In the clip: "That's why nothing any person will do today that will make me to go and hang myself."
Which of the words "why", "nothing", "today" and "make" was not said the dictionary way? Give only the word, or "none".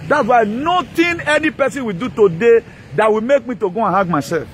nothing